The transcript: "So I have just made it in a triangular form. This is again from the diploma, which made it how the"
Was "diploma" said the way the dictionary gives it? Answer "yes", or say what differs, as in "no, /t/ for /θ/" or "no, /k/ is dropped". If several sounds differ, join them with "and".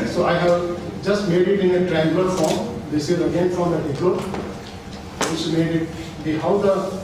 no, /m/ is dropped